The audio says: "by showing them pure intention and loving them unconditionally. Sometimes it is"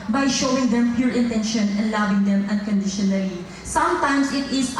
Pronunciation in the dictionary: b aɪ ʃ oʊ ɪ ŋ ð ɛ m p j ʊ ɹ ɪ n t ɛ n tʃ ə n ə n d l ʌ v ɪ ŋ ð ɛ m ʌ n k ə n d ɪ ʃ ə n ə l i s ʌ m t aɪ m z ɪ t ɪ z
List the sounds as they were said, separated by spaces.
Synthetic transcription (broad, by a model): b aɪ ʃ oʊ ɪ ŋ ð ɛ m p j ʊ ɹ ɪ n t ɛ n ʃ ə n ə n l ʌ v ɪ ŋ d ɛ m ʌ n k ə n d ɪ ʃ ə n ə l i s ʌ m t aɪ m s ɪ t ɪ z